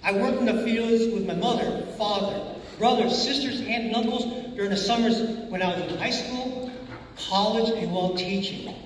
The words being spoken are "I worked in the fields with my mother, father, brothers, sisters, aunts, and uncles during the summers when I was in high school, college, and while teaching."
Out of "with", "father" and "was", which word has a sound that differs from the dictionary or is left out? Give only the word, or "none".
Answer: none